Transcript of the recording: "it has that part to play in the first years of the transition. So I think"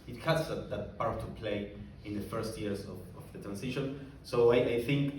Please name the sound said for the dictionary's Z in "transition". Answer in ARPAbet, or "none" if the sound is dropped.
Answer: S